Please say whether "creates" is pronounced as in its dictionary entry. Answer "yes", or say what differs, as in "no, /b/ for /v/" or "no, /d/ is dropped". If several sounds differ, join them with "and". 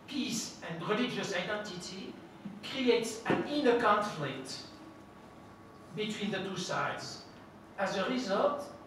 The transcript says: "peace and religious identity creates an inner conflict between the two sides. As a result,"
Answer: yes